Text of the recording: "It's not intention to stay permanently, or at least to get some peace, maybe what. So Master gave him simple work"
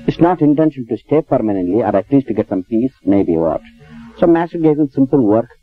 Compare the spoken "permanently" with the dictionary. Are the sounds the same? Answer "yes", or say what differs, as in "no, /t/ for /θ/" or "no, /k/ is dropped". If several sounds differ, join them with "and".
yes